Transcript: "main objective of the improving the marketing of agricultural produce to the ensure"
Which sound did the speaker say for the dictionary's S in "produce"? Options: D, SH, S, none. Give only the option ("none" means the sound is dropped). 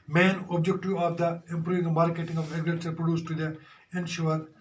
S